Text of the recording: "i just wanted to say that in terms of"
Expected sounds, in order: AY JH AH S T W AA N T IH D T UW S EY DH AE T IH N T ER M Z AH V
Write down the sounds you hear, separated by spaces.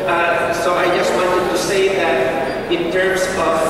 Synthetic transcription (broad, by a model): AY JH AH S T W AA N T IH D T UW S EY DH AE T IH N T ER M S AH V